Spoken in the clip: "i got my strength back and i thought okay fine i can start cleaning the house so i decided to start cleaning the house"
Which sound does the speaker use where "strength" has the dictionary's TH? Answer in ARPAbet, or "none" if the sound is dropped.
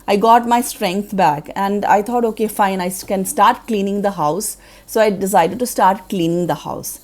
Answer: T